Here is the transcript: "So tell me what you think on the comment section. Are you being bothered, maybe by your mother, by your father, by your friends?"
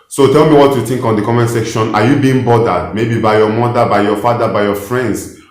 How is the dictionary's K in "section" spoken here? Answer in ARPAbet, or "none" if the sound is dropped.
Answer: K